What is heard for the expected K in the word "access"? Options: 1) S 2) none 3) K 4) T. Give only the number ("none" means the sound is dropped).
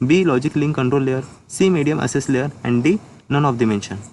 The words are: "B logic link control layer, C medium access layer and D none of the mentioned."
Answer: 2